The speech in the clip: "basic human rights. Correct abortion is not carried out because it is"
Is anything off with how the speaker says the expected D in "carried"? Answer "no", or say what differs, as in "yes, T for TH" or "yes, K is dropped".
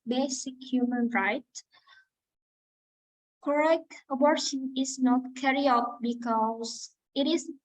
yes, D is dropped